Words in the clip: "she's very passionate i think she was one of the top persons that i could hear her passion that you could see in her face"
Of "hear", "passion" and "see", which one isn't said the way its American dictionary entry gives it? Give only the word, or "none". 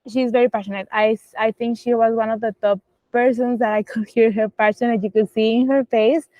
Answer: passion